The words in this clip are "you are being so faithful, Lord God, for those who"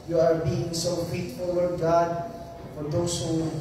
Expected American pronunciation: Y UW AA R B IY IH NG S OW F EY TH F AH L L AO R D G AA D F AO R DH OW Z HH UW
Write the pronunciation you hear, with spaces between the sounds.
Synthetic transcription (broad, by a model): Y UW AA R B IY IH NG S OW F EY T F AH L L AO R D G AA D F AO R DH OW S HH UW